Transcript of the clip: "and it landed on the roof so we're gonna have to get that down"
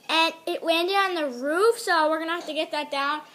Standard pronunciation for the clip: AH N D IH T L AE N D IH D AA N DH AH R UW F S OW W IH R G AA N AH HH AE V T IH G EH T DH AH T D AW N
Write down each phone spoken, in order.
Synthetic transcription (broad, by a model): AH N IH T W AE N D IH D N DH AH R UW F S OW W IH R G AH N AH HH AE F T IH G EH T DH AH T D AW N